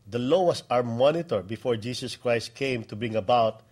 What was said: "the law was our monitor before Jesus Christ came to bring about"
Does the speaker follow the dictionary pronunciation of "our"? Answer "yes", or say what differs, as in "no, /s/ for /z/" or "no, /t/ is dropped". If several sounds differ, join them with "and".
yes